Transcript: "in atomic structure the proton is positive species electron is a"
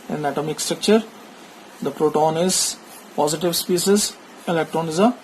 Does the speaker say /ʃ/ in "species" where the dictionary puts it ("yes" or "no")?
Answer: no